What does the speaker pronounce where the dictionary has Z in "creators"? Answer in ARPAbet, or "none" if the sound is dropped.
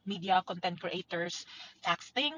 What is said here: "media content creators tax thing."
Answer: S